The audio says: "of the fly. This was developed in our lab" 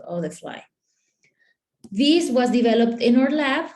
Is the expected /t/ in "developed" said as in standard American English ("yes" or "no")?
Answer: yes